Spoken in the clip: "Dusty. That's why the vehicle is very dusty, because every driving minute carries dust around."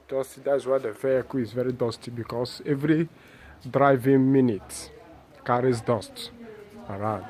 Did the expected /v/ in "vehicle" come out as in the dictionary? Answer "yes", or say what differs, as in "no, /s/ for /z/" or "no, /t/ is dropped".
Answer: no, /f/ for /v/